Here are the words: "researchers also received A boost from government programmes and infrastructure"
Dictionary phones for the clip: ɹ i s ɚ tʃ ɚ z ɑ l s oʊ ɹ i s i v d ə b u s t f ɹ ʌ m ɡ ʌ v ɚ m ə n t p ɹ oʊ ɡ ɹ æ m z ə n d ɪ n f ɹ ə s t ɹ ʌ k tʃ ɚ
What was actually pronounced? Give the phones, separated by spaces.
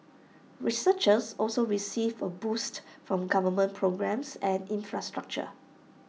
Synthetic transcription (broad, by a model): ɹ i s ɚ tʃ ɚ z ɑ l s oʊ ɹ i s i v ə b u s t f ɹ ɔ m ɡ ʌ v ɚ m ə n p ɹ oʊ ɡ ɹ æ m s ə n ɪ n f ɹ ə s t ɹ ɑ k tʃ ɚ